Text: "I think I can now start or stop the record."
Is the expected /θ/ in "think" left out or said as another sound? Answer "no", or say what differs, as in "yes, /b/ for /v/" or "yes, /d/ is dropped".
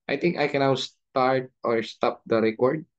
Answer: yes, /t/ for /θ/